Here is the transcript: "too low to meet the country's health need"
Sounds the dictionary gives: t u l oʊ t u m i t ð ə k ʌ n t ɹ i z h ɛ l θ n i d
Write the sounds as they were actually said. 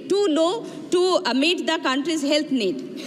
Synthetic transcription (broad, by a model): t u n oʊ t u m i t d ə k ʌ n t ɹ i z h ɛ l t n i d